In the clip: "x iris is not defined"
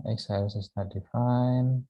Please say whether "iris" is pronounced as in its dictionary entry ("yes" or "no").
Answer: no